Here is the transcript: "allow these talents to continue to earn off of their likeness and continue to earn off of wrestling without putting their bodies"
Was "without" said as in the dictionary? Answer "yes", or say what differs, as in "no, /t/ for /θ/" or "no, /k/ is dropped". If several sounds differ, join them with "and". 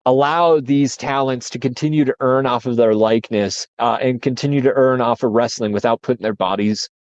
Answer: yes